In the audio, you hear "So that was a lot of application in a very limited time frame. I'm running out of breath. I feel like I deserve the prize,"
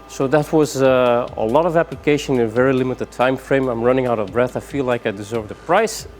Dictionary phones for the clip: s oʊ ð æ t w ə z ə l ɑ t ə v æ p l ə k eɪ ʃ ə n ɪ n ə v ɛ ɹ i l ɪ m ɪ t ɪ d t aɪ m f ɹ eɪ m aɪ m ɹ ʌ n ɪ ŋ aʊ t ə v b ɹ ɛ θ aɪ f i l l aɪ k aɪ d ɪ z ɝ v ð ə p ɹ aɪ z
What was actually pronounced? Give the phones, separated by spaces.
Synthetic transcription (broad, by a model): s oʊ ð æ t w ə z ə l ɑ t ə v æ p l ə k eɪ ʃ ə n ɪ n ə v ɛ ɹ i l ɪ m ɪ t ɪ d t aɪ m f ɹ eɪ m aɪ m ɹ ʌ n ɪ ŋ aʊ t ə v b ɹ ɛ θ aɪ f i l l aɪ k aɪ d ɪ z ɝ v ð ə p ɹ aɪ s